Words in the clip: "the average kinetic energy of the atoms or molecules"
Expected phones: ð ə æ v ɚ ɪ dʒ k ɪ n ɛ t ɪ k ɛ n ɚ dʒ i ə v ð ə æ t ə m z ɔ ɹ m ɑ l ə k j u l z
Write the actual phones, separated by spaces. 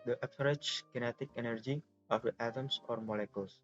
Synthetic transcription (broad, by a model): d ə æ p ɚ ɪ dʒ k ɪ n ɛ t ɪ k ɛ n ɚ dʒ i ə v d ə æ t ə m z ɔ ɹ m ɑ l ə k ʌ l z